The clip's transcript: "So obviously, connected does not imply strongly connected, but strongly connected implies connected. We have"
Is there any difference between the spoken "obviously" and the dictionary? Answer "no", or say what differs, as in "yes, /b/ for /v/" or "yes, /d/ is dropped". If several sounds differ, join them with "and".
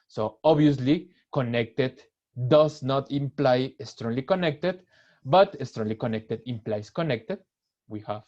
yes, /v/ is dropped